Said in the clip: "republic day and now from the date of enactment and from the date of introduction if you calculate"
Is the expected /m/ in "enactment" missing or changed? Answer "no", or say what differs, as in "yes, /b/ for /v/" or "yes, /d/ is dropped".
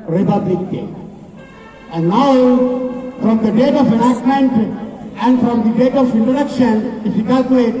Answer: yes, /m/ is dropped